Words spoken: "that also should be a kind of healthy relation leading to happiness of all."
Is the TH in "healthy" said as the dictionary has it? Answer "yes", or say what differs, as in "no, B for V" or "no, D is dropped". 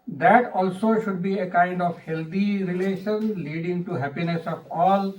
no, T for TH